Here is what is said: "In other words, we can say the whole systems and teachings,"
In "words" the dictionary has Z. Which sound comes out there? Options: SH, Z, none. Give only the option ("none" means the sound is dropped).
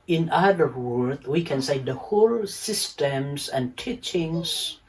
none